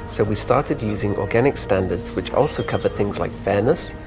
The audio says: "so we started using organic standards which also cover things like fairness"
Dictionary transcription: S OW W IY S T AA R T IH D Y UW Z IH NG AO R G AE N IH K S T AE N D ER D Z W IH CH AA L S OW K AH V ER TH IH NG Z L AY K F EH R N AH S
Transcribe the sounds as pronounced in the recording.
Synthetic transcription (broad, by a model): S OW W IY S T AA R T IH D Y UW Z IH NG AO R G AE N IH K S T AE N D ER D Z W IH CH AA L S OW K AH V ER TH IH NG Z L AY K F EH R N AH S